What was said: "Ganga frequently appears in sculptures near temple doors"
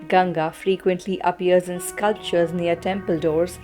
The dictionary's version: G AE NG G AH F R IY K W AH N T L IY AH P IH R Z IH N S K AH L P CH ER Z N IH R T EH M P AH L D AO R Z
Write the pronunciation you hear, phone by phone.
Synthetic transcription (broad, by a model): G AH NG G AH F R IY K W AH N T L IY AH P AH R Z IH N S K AH L P CH ER Z N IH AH T EH M P AH L D AO R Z